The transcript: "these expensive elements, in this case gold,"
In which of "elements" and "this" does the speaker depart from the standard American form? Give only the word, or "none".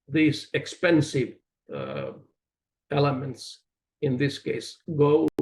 none